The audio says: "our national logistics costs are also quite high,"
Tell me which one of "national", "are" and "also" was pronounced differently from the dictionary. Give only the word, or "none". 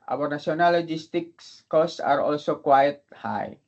national